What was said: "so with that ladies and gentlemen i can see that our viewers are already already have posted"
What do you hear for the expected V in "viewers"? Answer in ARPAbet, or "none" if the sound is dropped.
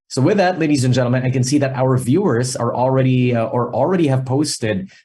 V